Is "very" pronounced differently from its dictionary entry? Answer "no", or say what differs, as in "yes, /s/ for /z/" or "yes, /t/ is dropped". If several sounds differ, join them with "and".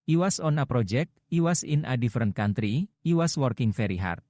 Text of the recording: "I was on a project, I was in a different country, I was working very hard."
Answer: yes, /f/ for /v/